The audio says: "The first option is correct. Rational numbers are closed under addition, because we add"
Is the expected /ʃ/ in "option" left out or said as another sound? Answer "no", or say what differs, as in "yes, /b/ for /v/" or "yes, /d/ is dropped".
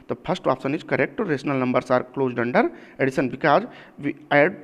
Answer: yes, /s/ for /ʃ/